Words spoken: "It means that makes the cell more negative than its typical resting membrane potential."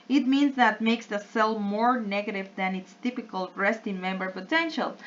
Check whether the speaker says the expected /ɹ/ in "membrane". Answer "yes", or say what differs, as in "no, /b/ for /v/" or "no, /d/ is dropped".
no, /ɹ/ is dropped